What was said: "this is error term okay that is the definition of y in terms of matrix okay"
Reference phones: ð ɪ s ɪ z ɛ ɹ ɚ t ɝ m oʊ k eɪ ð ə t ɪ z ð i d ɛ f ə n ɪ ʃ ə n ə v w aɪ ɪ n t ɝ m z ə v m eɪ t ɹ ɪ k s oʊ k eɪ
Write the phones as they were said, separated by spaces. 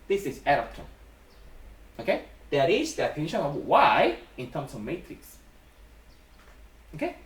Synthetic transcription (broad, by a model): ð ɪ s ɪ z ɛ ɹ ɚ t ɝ oʊ k eɪ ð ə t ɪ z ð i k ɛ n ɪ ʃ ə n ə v w aɪ ɪ n t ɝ m s ə v m eɪ t ɹ ɪ k s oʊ k eɪ